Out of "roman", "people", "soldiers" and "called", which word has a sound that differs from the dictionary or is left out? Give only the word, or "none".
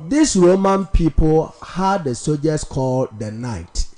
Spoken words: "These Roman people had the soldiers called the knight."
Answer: soldiers